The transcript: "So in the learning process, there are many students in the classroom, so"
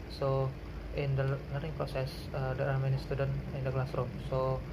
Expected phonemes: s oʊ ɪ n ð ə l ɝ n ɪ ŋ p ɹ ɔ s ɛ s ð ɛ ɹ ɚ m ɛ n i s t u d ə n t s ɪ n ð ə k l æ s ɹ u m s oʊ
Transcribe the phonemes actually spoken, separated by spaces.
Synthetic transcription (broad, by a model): s oʊ ɪ n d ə n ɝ ɪ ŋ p ɹ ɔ s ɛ s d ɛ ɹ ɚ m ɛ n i s t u d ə n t ɪ n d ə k l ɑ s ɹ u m s oʊ